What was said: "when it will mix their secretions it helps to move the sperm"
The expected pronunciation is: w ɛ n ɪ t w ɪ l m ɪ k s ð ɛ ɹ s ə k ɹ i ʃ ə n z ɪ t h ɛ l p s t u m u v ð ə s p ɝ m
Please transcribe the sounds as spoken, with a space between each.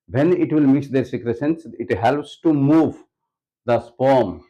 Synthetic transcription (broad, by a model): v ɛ n ɪ t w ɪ l m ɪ s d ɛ ɹ s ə k ɹ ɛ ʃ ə n s ɪ t h ɛ l p s t u m u v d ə s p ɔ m